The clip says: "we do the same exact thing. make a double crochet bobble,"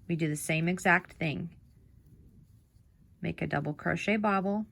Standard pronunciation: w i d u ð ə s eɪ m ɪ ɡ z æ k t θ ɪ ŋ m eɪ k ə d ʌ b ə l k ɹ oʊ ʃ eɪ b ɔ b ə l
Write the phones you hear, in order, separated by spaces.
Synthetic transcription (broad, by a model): w i d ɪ ð ə s eɪ m ɪ ɡ z æ k t θ ɪ ŋ m eɪ k ə d ʌ b l k ɹ oʊ ʃ eɪ b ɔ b l